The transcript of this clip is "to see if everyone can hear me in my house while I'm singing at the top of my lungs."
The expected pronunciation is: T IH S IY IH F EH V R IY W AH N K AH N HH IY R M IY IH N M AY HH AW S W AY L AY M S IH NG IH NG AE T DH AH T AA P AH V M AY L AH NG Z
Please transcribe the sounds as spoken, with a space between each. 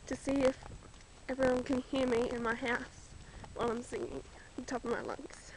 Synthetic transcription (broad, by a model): T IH S IY IH F EH V R IY W AH N K AH N HH IY R M IY IH N M AY HH AW S W AY L AY M S IH NG IH NG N T AA P AH V M AY L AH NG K